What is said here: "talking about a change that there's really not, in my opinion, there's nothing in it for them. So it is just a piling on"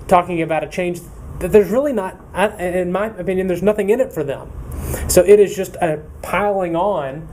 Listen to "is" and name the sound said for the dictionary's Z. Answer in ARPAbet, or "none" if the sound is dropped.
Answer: Z